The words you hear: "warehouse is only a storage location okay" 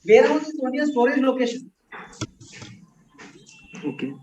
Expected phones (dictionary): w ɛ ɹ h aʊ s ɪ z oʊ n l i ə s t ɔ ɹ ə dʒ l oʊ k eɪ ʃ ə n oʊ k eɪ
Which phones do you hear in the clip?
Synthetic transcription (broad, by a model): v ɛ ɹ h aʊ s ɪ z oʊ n i ə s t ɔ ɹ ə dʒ l oʊ k eɪ ʃ ə n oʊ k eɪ